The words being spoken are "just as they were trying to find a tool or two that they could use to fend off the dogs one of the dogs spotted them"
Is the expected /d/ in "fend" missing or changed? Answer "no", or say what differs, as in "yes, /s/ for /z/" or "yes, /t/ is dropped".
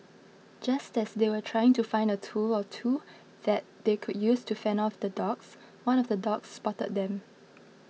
yes, /d/ is dropped